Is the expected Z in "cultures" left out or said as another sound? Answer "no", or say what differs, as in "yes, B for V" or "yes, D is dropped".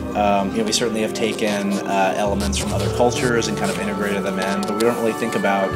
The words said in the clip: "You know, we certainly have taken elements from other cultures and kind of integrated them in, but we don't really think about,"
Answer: no